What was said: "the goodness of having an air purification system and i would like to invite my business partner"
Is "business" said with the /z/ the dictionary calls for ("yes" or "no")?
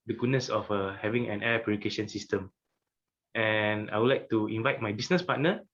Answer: no